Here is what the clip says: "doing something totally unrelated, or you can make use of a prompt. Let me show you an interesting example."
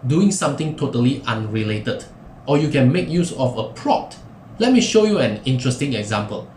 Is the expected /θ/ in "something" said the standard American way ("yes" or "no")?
no